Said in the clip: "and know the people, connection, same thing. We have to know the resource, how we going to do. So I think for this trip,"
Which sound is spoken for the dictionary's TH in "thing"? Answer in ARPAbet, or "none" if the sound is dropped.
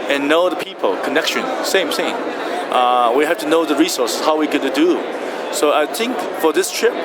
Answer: S